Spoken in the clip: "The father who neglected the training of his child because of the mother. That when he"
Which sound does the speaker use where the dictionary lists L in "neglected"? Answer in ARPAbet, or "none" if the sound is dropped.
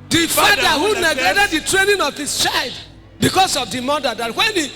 none